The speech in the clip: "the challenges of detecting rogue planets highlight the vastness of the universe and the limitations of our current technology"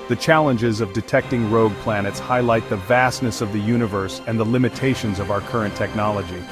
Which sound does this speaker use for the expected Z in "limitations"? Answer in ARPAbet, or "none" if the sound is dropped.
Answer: Z